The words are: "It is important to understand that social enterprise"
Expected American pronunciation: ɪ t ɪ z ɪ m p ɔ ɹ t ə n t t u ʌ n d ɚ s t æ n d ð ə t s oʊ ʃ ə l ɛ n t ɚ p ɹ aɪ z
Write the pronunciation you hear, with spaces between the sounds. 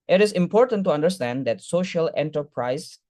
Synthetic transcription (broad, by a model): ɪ t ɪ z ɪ m p ɔ ɹ t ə n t t u ʌ n d ɚ s t æ n d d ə t s oʊ ʃ ə l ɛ n t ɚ p ɹ aɪ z